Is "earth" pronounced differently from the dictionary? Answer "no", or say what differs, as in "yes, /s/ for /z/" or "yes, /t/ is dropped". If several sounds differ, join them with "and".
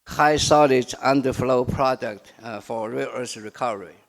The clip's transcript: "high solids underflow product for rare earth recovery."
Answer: yes, /s/ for /θ/